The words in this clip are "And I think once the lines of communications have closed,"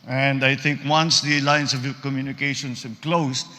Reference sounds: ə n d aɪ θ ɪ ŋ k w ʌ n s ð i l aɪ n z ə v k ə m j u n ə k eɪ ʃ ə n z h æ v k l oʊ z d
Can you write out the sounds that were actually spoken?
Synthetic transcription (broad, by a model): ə n d aɪ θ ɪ ŋ k w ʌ n s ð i l aɪ n s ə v k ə m j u n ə k eɪ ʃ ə n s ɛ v k l oʊ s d